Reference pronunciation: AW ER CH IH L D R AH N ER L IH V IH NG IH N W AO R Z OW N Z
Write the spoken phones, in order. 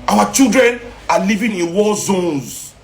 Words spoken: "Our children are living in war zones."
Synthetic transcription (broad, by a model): AW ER CH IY L D R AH N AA L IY V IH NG IH N W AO L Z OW N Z